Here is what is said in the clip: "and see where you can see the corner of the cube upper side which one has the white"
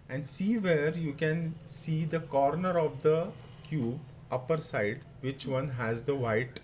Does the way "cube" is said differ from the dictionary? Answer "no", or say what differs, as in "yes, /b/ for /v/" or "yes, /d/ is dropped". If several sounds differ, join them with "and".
no